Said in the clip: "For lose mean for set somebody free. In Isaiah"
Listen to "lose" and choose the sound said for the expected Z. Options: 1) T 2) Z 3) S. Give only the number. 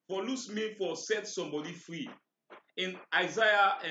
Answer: 3